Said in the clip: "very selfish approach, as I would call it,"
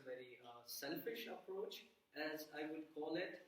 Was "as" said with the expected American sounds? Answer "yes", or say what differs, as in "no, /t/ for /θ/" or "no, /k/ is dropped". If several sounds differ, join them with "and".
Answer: yes